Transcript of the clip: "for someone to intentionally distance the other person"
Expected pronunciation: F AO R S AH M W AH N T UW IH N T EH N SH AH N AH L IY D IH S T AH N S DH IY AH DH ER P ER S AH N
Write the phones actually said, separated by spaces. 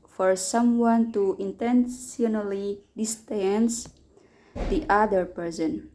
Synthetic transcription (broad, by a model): F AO R S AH M W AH N T UW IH N T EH N S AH N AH L IY D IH S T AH N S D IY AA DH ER P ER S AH N